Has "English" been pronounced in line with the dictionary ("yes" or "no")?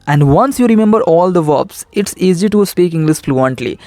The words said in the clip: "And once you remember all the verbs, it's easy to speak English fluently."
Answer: no